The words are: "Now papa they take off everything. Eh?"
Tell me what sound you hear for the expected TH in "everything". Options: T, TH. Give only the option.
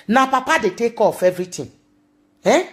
T